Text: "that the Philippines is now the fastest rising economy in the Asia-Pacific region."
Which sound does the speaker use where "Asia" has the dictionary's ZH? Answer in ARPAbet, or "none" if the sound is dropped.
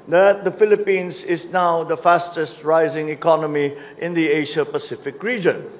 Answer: SH